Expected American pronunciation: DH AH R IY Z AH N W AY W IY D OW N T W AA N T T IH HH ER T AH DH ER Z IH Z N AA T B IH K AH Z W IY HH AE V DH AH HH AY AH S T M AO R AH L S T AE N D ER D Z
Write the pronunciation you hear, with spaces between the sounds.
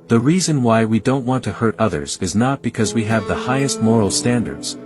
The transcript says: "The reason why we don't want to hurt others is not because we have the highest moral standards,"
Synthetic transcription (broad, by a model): DH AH R IY Z AH N W AY W IY D OW N T W AA N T T IH HH ER T AH DH ER Z IH Z N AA T B IH K AH Z W IY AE V DH AH HH AY AH S T M AO R L S T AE N D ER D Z